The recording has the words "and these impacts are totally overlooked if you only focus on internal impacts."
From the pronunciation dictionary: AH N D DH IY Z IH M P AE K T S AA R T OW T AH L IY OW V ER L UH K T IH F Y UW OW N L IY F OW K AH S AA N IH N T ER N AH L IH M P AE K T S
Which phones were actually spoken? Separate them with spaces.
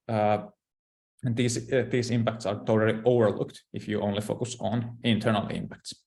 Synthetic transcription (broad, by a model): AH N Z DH IY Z IH M P AE K T S AA R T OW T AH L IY OW V ER L UH K T IH F Y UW OW N L IY F OW K AH S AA N IH N T ER N AH L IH M P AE K T S